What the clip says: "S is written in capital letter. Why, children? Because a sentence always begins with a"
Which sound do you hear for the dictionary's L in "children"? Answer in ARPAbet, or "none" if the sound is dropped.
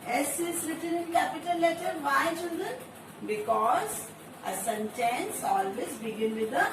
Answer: L